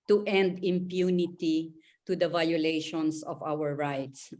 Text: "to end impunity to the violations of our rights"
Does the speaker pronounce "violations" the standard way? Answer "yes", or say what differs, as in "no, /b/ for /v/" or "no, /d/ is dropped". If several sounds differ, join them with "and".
no, /s/ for /z/